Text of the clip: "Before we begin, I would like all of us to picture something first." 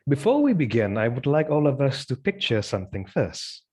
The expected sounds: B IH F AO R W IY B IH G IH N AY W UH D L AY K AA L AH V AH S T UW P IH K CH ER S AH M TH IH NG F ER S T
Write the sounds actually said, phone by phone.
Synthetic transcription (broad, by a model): B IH F AO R W IY B IH G IH N AY W UH D L AY K AA L AH V AH S T UW P IH K CH ER S AH M TH IH NG F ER S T